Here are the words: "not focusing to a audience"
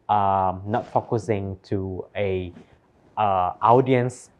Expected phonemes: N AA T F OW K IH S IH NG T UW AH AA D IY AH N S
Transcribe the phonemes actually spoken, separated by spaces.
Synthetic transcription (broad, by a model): N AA T F OW K IH S IH NG T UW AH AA D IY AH N S